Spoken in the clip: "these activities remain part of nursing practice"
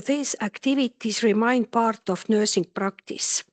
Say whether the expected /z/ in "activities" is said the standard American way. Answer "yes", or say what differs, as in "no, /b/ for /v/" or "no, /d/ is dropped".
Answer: no, /s/ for /z/